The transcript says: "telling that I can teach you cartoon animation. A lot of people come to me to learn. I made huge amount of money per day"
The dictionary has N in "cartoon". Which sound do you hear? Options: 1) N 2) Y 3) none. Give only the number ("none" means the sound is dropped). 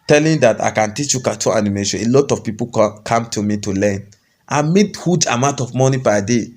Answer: 3